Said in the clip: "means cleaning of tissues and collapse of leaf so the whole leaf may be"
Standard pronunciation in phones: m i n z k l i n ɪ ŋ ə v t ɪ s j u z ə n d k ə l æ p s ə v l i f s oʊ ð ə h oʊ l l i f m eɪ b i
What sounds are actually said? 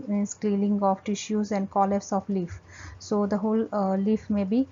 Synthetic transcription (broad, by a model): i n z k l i l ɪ ŋ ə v t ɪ ʃ j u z ə n d k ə l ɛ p s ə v l i f s oʊ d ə h oʊ l l i f m eɪ b i